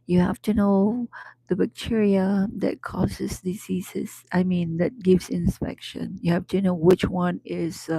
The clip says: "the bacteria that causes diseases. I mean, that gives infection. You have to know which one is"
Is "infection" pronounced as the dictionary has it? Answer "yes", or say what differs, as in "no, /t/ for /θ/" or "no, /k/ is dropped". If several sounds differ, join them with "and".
no, /p/ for /f/